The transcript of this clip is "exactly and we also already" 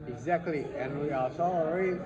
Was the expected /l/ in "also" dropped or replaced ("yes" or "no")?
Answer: yes